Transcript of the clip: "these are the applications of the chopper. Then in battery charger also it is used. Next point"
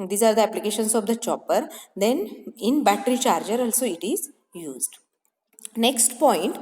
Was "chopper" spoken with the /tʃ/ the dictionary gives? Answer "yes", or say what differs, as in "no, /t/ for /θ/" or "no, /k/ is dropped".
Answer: yes